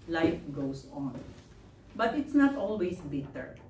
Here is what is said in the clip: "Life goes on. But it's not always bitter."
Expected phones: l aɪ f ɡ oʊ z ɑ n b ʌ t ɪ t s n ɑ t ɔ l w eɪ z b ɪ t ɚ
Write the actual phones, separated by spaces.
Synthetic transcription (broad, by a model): l aɪ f ɡ oʊ s ɑ n b ʌ t ɪ t s n ɑ t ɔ l w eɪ s b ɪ t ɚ